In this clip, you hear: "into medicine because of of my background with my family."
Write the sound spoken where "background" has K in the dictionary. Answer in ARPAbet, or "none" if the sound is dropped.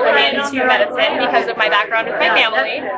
K